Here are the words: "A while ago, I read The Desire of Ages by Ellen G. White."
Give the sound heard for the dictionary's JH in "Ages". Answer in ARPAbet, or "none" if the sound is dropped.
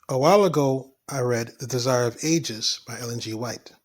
JH